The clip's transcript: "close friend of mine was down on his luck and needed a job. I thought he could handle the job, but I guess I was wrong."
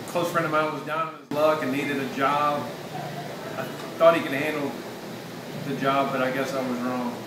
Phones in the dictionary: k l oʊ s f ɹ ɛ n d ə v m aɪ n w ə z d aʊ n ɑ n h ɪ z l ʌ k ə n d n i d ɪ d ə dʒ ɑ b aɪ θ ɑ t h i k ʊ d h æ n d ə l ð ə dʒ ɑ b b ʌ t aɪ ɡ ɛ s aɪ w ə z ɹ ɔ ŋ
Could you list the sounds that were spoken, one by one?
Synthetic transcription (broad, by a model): k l oʊ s f ɹ ɛ n d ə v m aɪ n w ə z d aʊ n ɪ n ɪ z l ʌ k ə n n i d ɪ d ə dʒ ɑ b aɪ θ ɑ t h i k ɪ d h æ n d l ð ə dʒ ɑ b b ʌ t aɪ ɡ ɛ s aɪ w ə z ɹ ɔ ŋ